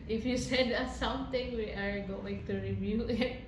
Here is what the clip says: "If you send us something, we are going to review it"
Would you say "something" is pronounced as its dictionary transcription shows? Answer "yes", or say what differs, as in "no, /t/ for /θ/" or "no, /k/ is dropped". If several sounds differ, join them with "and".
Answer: no, /t/ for /θ/